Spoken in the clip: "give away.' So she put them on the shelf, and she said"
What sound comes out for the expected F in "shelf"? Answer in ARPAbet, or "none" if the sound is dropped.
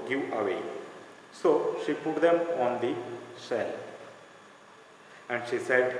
none